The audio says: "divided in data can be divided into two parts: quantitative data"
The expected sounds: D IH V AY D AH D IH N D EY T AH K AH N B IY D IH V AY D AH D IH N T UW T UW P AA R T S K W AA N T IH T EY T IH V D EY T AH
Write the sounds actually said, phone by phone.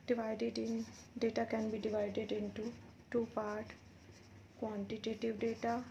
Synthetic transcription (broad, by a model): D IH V AY D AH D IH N D EY T AH K AH N B IY D IH V AY D AH D IH N T UW T UW P AA R T K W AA N T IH T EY T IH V D EY T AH